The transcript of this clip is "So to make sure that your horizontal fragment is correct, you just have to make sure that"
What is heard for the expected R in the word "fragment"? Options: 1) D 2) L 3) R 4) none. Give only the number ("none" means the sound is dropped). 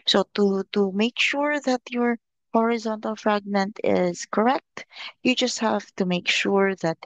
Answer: 3